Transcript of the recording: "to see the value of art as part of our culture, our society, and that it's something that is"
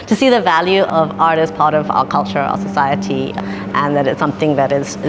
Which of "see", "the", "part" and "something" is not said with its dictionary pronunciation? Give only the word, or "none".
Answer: none